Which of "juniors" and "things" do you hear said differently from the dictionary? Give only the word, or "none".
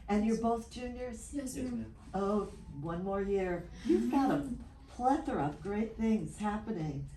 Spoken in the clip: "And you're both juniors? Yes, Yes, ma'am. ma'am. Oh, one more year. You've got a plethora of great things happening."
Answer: none